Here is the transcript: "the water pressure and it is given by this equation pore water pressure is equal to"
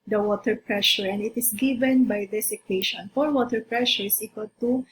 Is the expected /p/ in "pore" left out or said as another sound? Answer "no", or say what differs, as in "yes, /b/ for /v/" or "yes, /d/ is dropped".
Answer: yes, /f/ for /p/